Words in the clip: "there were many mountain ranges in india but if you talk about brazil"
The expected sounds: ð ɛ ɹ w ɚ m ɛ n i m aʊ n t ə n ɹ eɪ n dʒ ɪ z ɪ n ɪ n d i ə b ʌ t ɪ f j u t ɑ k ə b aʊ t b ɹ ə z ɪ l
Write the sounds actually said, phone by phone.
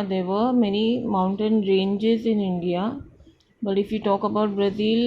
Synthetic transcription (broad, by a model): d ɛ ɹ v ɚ m ɛ n i m aʊ n t ə n ɹ eɪ n dʒ ɪ z ɪ n ɪ n d i ə b ʌ t ɪ f j u t ɑ k ə b aʊ t b ɹ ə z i l